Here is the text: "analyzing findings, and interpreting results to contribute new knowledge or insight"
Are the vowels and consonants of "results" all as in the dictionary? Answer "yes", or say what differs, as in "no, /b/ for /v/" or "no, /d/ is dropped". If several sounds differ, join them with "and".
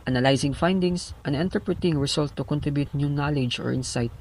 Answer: no, /s/ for /z/ and /s/ is dropped